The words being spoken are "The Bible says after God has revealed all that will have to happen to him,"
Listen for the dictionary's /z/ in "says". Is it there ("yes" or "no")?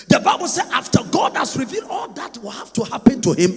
no